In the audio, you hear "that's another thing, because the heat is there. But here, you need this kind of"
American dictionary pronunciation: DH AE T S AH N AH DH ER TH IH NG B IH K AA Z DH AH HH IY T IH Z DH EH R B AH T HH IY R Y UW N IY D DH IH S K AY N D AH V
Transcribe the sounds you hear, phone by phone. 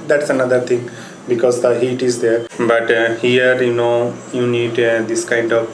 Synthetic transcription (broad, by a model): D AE T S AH N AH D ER T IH NG B IH K AA Z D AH HH IY T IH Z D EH R B AH T HH IY R Y UW N IY D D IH S K AY N D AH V